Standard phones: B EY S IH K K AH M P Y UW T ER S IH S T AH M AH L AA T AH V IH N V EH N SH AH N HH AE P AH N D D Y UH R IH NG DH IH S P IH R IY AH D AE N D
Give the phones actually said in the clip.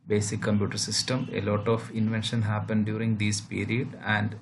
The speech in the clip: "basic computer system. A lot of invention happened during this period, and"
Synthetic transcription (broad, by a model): B EY S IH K K AH M P Y UW T ER S IH S T AH M AH L AA T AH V IH N V EH N SH AH N HH AE P AH N D D Y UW R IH NG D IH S P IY R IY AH D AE N D